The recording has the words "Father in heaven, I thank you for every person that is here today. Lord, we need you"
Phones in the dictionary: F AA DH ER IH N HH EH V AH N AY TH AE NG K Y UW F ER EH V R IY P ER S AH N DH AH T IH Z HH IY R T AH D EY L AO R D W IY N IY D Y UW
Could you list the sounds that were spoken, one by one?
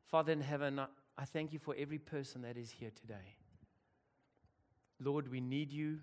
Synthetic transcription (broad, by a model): F AA DH ER IH N HH EH V AH N AY TH AE NG K Y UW F ER EH V R IY P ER S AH N DH AH T IH Z HH IY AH T AH D EY L AO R D W IY N IY D Y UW